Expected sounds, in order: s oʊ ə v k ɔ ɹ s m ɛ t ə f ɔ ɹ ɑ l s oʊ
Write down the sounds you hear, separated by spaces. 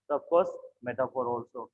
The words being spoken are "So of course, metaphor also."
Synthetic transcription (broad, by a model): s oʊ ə b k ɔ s m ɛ t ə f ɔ ɹ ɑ l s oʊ